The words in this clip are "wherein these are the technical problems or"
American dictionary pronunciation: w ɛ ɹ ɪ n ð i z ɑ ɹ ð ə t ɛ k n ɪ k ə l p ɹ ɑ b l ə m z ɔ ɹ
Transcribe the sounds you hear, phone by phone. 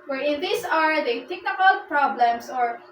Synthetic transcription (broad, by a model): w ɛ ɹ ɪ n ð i s ɑ ɹ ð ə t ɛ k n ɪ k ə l p ɹ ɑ b l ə m s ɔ ɹ